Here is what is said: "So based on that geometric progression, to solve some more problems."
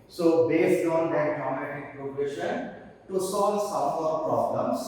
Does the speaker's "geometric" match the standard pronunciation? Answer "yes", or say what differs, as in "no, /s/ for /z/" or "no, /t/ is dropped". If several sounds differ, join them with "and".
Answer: no, /ɹ/ is dropped